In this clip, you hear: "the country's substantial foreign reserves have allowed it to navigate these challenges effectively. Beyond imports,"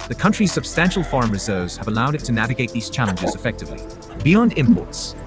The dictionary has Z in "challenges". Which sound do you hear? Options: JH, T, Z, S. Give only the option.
Z